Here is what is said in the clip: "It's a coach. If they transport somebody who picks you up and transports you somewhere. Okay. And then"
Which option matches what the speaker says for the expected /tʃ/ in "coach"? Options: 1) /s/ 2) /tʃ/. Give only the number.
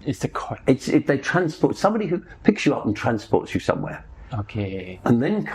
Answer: 1